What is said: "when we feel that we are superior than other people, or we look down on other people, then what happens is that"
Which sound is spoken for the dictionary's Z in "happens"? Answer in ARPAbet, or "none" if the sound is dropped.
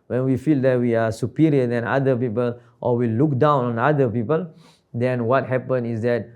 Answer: none